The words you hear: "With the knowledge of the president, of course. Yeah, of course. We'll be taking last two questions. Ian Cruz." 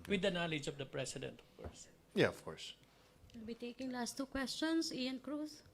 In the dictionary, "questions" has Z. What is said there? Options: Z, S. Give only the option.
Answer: S